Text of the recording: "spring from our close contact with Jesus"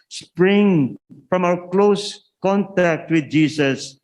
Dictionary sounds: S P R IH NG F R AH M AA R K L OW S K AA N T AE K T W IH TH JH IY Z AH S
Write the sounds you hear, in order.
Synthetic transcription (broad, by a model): S P R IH NG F R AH M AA W K L OW S K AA N T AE K T W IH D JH IY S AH S